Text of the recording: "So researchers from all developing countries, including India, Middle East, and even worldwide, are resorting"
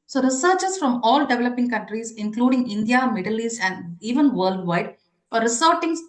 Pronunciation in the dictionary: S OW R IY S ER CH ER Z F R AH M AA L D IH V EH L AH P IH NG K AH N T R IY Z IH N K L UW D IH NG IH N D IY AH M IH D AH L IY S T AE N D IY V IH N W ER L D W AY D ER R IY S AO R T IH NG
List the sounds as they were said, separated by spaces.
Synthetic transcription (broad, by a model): S OW R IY S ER CH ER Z F R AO M AA L D IH V EH L AH P IH NG K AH N T R IY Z IH N K L UW D IH NG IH N D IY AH M IH D AH L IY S AE N D IY V IH N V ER L D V AY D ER R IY S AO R T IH NG